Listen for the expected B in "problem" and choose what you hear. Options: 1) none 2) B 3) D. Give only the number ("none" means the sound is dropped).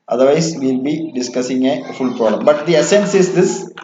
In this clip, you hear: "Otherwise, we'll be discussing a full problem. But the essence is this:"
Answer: 1